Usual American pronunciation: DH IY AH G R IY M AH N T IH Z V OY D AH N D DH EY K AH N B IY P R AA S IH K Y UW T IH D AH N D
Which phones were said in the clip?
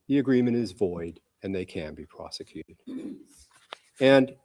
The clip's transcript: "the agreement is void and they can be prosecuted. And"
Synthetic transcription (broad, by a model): DH IY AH G R IY M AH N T IH Z V OY D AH N DH EY K AH N B IY P R AA S IH K Y UW T IH D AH N